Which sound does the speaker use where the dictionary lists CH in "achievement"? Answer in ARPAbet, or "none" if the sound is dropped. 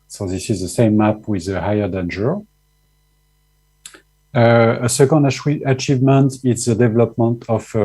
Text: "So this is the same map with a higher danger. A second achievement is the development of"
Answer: CH